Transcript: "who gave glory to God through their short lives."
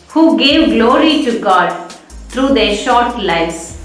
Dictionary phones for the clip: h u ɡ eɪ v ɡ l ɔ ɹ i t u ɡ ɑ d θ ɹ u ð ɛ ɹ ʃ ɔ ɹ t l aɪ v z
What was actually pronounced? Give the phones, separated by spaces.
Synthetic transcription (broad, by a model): h u ɡ eɪ v ɡ l ɔ ɹ i t u ɡ ɑ d t ɹ u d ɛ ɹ ʃ ɔ ɹ t l aɪ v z